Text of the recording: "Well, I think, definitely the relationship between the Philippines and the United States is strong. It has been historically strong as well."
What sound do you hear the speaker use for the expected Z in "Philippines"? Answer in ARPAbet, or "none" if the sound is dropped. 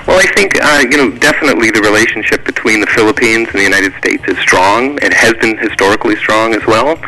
Z